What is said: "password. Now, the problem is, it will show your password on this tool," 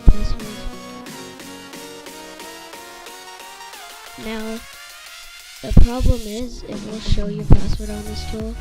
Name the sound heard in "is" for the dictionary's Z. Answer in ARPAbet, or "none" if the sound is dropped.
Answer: Z